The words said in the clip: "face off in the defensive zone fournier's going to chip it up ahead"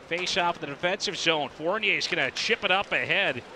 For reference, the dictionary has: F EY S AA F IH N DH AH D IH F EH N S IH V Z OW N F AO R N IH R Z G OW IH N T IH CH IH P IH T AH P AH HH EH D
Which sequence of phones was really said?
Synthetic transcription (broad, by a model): F EY S AA F DH AH D IH F EH N S IH V Z OW N F AO R N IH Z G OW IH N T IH CH IH P IH T AH P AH HH EH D